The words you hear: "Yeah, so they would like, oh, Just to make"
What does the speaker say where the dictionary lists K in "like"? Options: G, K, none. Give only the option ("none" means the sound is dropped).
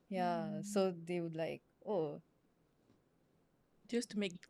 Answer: K